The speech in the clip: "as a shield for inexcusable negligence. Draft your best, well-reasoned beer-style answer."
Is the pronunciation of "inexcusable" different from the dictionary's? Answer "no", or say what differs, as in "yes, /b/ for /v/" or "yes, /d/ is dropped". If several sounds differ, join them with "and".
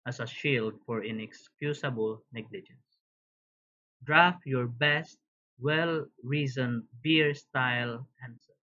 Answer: yes, /s/ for /z/